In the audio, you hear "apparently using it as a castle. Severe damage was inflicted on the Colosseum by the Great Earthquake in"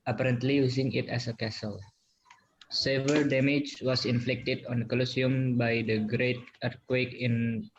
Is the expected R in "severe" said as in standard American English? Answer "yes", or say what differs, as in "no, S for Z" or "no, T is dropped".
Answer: no, L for R